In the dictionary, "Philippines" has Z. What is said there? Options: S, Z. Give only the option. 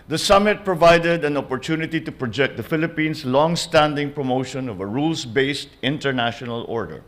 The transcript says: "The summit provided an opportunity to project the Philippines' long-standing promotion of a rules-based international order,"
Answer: S